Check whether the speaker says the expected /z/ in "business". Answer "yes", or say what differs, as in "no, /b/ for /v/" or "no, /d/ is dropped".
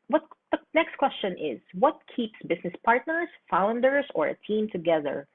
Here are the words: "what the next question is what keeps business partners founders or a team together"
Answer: no, /s/ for /z/